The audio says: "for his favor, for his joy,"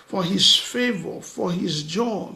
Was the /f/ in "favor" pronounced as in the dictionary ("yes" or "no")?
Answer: yes